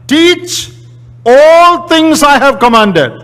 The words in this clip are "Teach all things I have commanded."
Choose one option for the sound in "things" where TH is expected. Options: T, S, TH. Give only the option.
T